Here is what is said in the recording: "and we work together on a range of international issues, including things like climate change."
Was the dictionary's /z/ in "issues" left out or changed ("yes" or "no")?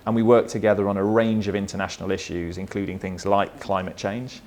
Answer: no